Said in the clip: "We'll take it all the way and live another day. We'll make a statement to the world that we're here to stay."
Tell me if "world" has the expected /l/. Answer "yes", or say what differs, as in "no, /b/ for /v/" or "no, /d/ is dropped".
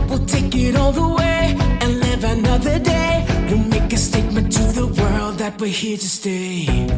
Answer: yes